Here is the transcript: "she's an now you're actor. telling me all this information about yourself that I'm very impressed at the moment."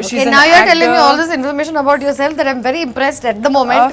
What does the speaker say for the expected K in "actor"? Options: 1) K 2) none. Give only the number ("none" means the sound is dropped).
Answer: 2